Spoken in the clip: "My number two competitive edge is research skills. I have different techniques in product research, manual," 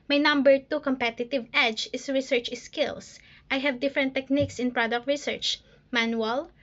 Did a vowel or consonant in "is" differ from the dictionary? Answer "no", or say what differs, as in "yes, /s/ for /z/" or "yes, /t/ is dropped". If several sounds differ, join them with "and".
yes, /s/ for /z/